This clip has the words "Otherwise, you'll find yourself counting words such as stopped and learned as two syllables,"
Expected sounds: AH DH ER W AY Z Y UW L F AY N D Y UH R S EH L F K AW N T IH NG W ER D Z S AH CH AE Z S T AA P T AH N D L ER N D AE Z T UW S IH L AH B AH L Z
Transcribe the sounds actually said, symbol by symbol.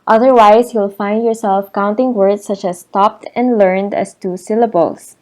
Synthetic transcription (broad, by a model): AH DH ER W AY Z Y UW L F AY N D Y UH R S EH L F K AW N T IH NG W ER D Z S AH CH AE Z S T AA P T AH N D L ER N D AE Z T UW S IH L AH B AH L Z